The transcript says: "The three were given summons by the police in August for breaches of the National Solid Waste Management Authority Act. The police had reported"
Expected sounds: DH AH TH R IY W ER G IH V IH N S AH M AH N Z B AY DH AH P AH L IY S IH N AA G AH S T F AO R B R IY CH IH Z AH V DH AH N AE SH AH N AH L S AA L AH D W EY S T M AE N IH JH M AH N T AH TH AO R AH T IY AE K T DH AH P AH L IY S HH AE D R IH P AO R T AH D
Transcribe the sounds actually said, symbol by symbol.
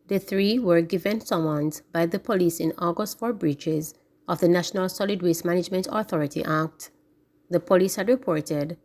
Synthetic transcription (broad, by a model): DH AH TH R IY W ER G IH V IH N S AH M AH N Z B AY DH AH P AH L IY S IH N AA G AH S T F AO R B R IY CH IH Z AH V DH AH N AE SH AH N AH L S AA L AH D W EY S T M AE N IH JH M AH N T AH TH AO R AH T IY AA K T DH AH P AH L IY S HH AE D R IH P AO R T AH D